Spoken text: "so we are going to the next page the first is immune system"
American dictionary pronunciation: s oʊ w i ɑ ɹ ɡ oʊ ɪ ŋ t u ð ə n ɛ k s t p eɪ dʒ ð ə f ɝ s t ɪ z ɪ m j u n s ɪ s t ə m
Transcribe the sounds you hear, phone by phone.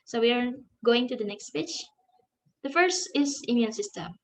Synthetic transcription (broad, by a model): s oʊ w i ɑ ɹ ɡ oʊ ɪ ŋ t u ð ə n ɛ k s t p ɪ tʃ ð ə f ɝ s t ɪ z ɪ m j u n s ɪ s t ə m